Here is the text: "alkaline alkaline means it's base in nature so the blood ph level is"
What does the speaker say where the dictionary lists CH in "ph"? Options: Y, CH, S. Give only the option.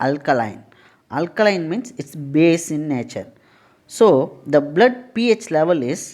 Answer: CH